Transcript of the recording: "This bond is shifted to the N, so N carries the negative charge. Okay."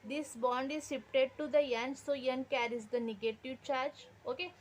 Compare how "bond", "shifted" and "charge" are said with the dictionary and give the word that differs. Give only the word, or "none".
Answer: shifted